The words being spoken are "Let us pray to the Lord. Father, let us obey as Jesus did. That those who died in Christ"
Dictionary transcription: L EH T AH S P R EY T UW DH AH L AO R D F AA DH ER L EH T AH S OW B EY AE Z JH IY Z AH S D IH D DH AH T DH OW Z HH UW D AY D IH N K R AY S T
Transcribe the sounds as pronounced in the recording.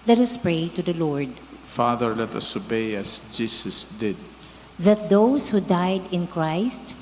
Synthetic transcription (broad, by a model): L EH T AH S P R EY T UW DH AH L AO R D F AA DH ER L EH T AH S OW B EY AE S JH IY S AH S D IH D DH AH T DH OW S HH UW D AY D IH N K R AY S T